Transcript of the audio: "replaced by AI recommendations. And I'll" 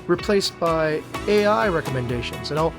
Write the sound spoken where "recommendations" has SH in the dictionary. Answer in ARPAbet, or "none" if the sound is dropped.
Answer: SH